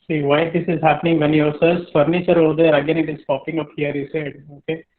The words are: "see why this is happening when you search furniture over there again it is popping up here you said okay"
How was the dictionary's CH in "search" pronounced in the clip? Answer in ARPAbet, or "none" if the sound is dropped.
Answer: S